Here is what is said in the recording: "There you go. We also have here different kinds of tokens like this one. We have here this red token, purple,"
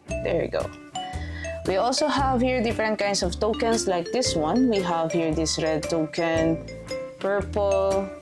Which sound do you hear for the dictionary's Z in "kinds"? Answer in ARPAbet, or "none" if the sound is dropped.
S